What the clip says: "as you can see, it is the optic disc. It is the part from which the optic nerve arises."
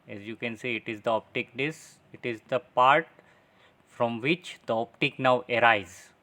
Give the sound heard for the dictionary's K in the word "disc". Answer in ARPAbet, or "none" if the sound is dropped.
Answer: none